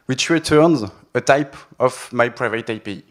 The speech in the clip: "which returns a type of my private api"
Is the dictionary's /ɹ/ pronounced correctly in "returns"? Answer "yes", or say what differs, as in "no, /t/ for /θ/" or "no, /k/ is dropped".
yes